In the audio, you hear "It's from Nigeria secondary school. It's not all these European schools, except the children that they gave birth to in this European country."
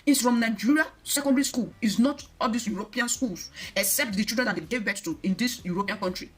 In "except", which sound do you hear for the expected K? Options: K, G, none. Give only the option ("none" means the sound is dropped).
K